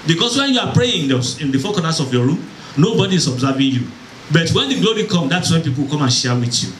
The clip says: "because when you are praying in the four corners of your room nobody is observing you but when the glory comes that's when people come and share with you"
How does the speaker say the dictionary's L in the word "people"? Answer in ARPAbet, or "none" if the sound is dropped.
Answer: W